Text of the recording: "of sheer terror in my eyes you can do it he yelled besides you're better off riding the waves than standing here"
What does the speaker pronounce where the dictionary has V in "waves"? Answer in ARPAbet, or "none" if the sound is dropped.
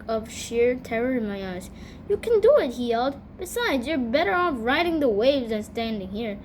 V